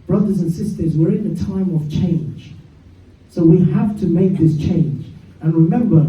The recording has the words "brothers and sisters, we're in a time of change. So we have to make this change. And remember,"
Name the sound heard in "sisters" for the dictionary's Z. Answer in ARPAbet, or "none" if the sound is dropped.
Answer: Z